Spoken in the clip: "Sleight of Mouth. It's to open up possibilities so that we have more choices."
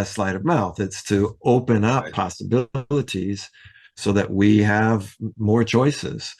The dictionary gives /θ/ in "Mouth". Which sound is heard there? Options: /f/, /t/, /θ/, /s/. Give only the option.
/θ/